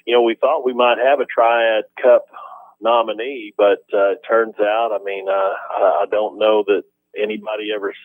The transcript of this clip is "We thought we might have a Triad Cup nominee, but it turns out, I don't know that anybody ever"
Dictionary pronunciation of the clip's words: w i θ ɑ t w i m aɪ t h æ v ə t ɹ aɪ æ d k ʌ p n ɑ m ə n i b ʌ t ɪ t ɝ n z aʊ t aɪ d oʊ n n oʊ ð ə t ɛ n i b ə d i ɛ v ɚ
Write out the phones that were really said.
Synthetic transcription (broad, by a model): w i θ ɑ t w i m aɪ t h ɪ v ə t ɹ aɪ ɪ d k ʌ p n ɑ m ə n i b ʌ t ɪ t ɝ n z aʊ t aɪ d oʊ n n oʊ ð ə t ɛ n i b ə d i ɛ v ɚ